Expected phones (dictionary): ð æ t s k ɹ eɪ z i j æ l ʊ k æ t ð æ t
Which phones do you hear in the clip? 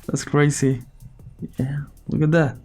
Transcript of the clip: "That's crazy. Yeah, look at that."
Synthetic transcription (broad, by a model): ð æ t s k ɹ eɪ s i j æ l ʊ k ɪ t ð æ t